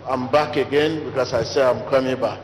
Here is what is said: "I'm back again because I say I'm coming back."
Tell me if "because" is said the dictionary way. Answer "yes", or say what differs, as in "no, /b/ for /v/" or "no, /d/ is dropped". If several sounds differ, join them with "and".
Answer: no, /s/ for /z/